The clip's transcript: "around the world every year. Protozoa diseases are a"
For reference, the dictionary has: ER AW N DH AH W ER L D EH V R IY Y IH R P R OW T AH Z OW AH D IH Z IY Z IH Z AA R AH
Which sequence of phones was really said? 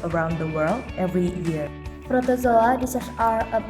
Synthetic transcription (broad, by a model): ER AW N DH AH W ER L D EH V R IY Y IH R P R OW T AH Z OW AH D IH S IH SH AA R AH